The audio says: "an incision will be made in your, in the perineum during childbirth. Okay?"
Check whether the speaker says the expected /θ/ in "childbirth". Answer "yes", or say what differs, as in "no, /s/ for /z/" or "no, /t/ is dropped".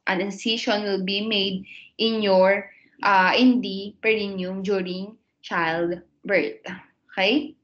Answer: no, /t/ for /θ/